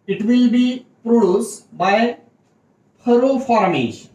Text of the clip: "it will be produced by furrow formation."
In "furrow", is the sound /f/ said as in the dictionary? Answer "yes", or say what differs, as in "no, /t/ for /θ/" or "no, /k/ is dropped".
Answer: no, /p/ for /f/